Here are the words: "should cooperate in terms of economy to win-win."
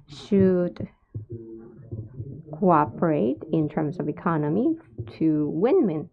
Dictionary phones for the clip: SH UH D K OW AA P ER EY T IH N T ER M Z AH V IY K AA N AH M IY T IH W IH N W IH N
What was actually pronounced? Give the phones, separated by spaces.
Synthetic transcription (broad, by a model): SH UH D K OW AA P ER EY T IH N T ER M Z AH V IY K AA N AH M IY T IH W IH N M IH N